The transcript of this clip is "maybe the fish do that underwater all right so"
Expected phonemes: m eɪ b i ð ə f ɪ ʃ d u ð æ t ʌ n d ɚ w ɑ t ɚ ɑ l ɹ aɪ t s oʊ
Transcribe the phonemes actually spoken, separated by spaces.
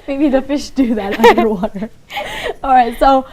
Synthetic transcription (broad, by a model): m eɪ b i ð ə f ɪ ʃ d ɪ ð æ t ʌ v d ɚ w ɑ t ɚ ɑ l ɹ aɪ t s oʊ